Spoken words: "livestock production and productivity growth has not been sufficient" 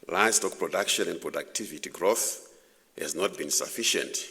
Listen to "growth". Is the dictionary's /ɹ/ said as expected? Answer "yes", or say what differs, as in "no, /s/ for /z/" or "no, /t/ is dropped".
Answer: yes